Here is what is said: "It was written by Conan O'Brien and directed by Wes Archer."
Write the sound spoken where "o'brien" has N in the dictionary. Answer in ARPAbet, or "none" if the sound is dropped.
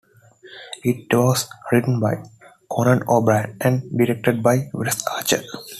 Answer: none